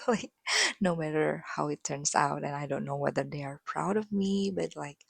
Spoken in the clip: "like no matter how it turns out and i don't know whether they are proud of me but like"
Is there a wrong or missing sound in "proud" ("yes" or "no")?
no